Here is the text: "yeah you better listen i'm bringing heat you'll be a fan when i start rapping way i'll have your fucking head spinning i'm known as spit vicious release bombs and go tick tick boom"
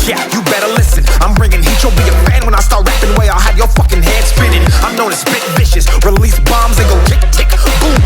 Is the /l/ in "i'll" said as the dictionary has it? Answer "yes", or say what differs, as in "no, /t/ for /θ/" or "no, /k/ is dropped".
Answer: yes